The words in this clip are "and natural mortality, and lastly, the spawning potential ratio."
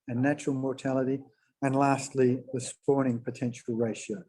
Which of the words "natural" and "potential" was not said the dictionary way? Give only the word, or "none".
none